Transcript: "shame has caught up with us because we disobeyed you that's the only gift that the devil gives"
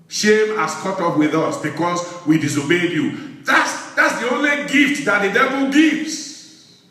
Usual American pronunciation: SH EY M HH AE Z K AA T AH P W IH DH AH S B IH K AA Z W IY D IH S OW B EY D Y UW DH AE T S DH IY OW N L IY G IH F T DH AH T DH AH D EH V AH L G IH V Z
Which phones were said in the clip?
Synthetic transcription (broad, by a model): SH EY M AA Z K AA T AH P W IH DH AH S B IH K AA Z W IY D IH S OW B EY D Y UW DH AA T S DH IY OW N L IY G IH F T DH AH T DH AH D EH V AH L G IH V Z